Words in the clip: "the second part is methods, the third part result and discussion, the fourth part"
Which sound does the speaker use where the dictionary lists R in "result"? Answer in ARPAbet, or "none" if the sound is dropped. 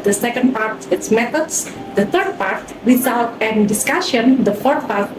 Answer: W